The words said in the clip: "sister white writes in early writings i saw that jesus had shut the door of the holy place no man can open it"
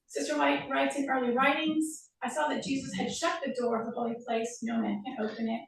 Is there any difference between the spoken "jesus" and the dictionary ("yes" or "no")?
no